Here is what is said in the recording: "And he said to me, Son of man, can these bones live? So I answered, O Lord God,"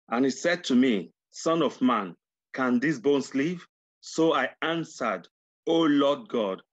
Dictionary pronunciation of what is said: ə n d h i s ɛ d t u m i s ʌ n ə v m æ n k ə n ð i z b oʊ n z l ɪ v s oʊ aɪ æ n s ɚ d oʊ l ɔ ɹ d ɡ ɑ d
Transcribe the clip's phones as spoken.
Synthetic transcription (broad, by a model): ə n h i s ɛ d t u m i s ʌ n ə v m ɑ n k ə n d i s b oʊ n s l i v s oʊ aɪ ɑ n s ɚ d oʊ l ɔ d ɡ ɑ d